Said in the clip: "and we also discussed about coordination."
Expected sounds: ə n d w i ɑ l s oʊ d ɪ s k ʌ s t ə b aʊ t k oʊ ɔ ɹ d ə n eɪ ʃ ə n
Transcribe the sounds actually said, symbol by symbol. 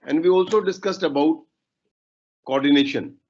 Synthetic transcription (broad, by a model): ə n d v i ɑ l s oʊ d ɪ s k ʌ s t ə b aʊ t k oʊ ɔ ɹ d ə n eɪ ʃ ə n